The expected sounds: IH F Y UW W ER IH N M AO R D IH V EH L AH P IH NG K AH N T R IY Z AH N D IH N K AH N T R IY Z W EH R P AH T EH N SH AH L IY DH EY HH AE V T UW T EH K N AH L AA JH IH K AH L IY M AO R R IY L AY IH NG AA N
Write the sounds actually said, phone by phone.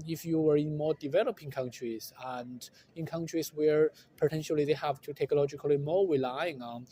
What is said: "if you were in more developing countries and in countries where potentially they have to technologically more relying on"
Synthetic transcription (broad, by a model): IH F Y UW W ER IH N M AO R D IH V EH L AH P IH NG K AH N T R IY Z AH N D IH N K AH N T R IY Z W EH R P AH T EH N SH AH L IY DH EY HH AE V T UW T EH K L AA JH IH K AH L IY M AO R R IY L AY IH NG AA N